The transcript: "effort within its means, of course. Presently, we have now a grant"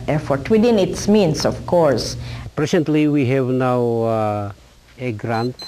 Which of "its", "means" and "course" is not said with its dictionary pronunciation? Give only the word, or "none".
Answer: means